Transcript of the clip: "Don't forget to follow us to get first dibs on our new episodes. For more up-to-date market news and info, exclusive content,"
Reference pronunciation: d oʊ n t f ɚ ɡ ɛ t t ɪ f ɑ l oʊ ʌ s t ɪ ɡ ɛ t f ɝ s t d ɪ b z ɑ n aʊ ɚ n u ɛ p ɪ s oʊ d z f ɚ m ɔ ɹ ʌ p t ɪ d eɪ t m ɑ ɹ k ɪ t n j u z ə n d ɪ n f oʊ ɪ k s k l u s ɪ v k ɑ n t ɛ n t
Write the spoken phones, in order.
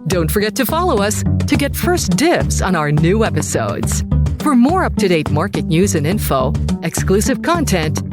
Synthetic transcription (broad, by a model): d oʊ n t f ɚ ɡ ɛ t t ɪ f ɑ l oʊ ʌ s t ɪ ɡ ɛ t f ɝ s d ɪ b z n aʊ ɚ n u ɛ p ɪ s oʊ d z f ɚ m ɔ ɹ ʌ p t ɪ d eɪ t m ɑ ɹ k ɪ t n j u z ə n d ɪ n f oʊ ɪ k s k l u s ɪ v k ɑ n t ɛ n t